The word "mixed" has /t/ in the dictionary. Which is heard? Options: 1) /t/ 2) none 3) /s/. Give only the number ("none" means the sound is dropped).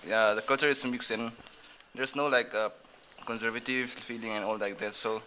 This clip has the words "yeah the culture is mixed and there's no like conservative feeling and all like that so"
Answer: 2